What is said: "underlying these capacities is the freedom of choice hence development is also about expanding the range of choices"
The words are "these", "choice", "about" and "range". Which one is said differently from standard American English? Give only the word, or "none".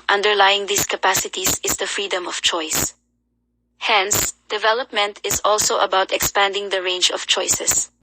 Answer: these